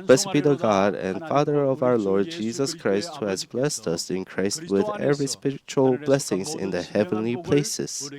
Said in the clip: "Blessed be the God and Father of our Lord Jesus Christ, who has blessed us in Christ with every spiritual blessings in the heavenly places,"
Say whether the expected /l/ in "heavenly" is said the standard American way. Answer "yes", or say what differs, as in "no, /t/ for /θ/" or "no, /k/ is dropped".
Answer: yes